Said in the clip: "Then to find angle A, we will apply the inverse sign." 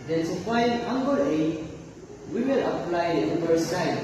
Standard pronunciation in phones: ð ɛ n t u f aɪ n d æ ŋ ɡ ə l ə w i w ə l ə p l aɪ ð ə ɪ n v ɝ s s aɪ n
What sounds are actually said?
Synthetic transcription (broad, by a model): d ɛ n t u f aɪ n ɑ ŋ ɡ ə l ə w i w ə l ə p l aɪ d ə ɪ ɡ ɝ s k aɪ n